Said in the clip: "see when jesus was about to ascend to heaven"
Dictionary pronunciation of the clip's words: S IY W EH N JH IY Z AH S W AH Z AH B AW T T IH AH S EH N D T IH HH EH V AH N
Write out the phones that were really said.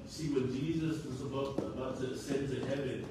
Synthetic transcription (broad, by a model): S IY W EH N JH IY Z AH S W AH Z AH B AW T T IH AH S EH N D T IH HH EH V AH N